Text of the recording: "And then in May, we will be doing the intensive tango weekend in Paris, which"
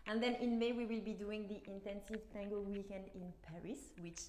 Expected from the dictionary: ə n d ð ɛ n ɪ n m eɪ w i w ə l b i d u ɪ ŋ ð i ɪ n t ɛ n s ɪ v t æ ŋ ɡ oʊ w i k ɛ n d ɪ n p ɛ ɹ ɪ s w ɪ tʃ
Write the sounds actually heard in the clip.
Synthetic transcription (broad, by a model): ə n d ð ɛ n ɪ n m eɪ w i w ə l b i d u ɪ ŋ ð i ɪ n t ɛ n s ɪ v t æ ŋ ɡ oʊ w i k ɛ n d ɪ n p ɛ ɹ ɪ s w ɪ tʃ